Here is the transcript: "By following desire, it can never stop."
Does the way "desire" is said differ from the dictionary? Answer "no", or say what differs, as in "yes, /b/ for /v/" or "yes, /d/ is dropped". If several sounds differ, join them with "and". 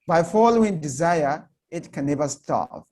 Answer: no